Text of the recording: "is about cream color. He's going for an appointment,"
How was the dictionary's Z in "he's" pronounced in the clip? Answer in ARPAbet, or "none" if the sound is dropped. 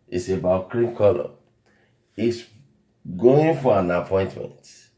S